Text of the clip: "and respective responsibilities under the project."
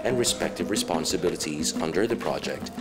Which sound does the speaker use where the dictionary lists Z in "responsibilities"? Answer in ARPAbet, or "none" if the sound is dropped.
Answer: Z